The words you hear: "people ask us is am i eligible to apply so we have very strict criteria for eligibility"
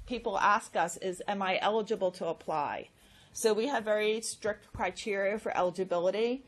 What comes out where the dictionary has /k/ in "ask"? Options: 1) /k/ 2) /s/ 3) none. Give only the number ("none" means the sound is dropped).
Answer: 1